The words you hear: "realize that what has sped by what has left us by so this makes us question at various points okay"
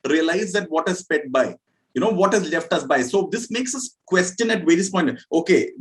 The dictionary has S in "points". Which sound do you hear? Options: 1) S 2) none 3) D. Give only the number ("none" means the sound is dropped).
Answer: 2